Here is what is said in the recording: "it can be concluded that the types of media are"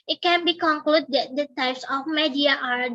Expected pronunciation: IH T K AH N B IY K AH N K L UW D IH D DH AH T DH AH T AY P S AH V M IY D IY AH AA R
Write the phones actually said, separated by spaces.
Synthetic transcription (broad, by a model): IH T K AH N B IY K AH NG K L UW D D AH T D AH T AY P S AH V M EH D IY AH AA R